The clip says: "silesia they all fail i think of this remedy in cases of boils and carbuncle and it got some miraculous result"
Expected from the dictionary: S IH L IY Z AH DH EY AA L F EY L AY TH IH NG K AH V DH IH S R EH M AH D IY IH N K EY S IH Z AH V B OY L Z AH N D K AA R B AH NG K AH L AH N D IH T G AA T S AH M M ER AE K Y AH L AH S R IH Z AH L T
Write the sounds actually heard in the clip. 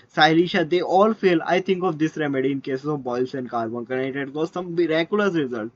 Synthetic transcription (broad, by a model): S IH L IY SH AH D EY AA L F EY L AY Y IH NG K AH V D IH S R EH M AH D IY IH N K EY S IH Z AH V B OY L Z AH N D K AA R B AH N K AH N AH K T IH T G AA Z S AH M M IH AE K Y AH L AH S R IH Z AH L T